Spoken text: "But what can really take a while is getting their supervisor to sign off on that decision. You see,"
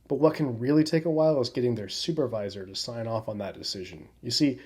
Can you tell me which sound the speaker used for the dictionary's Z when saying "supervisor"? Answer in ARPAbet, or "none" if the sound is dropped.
Z